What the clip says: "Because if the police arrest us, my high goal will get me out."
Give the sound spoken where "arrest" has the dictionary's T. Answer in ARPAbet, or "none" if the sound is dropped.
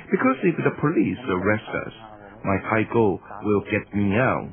T